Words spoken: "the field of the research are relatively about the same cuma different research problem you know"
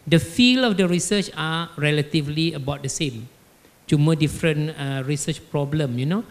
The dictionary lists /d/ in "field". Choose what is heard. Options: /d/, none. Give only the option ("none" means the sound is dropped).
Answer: none